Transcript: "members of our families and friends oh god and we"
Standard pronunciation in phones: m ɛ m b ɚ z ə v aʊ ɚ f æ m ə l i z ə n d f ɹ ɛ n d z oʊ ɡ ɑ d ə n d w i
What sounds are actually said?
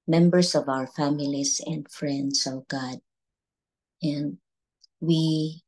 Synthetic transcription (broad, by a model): m ɛ m b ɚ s ə v aʊ ɚ f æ m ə l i s ə n d f ɹ ɛ n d s oʊ ɡ ɑ d ə n d w i